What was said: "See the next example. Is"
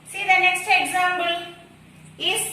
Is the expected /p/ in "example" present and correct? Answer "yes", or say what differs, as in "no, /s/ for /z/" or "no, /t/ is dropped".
no, /b/ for /p/